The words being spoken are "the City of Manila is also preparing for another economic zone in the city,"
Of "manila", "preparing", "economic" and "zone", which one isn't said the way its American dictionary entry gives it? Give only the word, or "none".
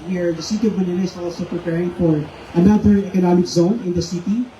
manila